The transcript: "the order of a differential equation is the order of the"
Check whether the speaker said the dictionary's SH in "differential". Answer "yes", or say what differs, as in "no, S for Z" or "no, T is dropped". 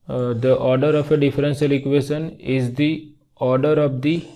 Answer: no, S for SH